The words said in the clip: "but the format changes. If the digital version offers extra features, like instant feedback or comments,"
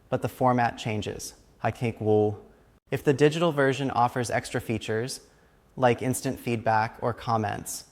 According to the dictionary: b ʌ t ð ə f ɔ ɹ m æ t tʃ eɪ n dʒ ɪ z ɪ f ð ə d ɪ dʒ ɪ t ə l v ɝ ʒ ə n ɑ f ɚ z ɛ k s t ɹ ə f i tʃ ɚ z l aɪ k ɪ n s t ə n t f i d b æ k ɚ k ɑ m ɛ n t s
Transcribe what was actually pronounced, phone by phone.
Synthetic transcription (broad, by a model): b ʌ t ð ə f ɔ ɹ m æ t tʃ eɪ n dʒ ɪ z ɪ f ð ə d ɪ dʒ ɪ t l v ɝ ʒ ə n ɑ f ɚ z ɛ k s t ɹ ə f i tʃ ɚ z l aɪ k ɪ n s t ə n t f i d b æ k ɚ k ɑ m ɛ n t s